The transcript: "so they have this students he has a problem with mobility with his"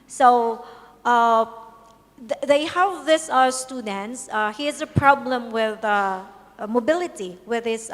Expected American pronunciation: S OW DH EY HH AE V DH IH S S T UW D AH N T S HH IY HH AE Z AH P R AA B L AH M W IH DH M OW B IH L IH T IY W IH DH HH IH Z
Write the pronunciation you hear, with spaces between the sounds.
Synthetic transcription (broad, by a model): S OW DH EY HH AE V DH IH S S T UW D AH N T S HH IY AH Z AH P R AA B L AH M W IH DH M OW B IH L IH T IY W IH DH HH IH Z